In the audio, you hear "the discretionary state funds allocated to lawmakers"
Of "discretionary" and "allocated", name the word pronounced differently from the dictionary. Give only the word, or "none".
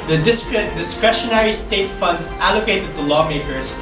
none